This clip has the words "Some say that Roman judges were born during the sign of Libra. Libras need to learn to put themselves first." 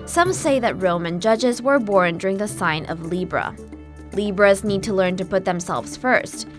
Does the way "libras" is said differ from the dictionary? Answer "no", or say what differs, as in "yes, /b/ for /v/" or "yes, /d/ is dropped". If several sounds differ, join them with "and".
no